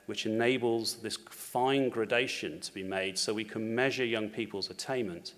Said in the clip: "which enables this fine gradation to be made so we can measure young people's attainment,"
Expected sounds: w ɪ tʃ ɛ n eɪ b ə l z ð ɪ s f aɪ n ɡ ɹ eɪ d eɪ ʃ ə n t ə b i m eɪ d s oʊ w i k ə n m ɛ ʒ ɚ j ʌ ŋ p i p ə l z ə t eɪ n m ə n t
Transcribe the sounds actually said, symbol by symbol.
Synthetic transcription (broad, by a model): w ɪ tʃ ɛ n eɪ b ə l z ð ɪ s f aɪ n ɡ ɹ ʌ d eɪ ʃ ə n t ə b i m eɪ d s oʊ w i k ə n m ɛ ʒ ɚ j ʌ ŋ p i p ə l z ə t eɪ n m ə n t